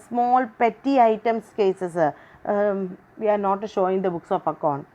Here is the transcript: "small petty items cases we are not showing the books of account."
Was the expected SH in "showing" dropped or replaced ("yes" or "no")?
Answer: no